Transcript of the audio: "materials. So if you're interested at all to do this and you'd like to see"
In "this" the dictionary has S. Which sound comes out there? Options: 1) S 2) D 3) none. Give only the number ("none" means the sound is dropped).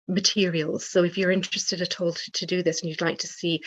1